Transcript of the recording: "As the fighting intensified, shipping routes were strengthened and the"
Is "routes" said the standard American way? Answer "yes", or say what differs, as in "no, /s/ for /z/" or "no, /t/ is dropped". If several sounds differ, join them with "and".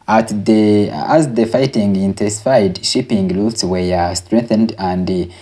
no, /l/ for /ɹ/